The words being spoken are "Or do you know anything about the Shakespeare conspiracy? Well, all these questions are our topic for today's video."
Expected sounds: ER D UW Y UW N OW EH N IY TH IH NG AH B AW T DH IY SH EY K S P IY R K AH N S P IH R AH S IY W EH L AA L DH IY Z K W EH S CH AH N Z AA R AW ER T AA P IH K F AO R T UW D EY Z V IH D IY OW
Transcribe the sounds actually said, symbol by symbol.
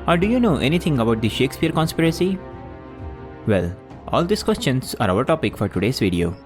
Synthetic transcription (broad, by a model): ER D UW Y UW N OW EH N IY T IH NG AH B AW T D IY SH EY K S P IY R K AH N S P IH R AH S IY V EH L AA L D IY S K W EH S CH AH N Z AA R AW ER T AA P IH K F AO R T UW D EY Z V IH D IY OW